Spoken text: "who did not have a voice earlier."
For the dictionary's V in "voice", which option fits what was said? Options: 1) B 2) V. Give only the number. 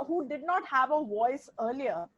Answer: 2